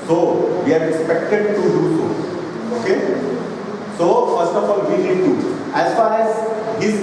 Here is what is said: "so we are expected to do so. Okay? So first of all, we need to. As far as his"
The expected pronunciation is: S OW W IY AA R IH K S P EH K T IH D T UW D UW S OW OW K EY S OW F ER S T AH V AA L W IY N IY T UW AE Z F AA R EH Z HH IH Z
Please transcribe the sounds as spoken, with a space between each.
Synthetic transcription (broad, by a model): S OW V IY AA R IH K S P EH K T IH D T UW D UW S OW OW K EY S OW F ER S T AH F AA L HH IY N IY T UW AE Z F AA R EH Z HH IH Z